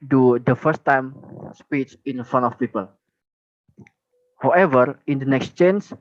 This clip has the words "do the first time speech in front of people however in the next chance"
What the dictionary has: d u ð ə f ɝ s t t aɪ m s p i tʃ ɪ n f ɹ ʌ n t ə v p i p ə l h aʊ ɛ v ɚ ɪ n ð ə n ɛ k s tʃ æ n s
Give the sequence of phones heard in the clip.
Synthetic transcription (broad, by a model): d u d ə f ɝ s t t aɪ m s p i tʃ ɪ n f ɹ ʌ n ə f p i p ə l h aʊ ɛ v ɚ ɪ n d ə n ɛ k s tʃ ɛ n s